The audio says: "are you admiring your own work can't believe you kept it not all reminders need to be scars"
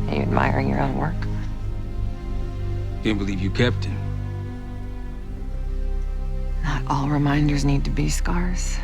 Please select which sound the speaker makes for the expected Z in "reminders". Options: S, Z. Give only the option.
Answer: Z